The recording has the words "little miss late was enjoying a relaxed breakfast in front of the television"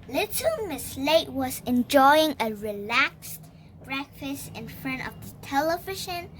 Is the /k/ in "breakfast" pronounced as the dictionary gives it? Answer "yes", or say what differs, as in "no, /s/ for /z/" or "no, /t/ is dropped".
yes